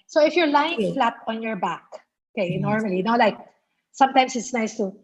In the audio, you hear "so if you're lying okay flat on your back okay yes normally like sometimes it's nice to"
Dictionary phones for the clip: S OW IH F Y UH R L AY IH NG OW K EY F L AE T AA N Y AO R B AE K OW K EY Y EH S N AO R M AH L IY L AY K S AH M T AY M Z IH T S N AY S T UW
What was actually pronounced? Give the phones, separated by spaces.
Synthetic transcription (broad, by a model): S OW IH F Y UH R L AY IH NG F L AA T AA N Y AO R B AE K OW K EY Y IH N AO R M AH L IY L AY K S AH M T AY M S IH T S N AY S T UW